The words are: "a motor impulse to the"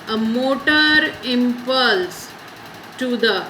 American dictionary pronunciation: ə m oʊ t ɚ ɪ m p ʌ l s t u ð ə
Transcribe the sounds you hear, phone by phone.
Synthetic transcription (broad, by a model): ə m oʊ t ɚ ɪ m p ʌ l s t u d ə